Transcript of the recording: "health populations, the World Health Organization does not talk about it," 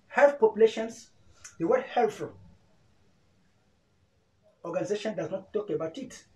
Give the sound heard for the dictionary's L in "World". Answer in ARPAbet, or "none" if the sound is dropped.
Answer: none